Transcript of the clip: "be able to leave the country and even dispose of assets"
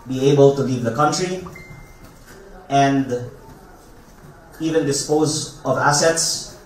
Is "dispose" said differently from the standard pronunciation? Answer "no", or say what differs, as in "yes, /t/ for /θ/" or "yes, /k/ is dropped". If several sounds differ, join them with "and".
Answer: no